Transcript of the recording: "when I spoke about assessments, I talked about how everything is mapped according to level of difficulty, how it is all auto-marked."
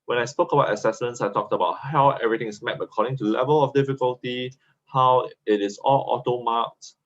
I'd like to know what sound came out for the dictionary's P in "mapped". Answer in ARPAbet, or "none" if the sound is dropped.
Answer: none